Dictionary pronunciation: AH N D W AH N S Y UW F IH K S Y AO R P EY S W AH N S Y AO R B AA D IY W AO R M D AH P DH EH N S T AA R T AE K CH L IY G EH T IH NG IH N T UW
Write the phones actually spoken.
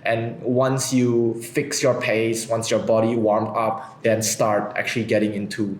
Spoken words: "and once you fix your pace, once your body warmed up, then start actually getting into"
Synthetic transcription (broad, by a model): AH N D W AH N S Y UW F IH K S Y AO R P EY S W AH N S Y AO R B AA D IY W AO R M AH P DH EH N S T AA R T AE K CH L IY G EH T IH NG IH N T UW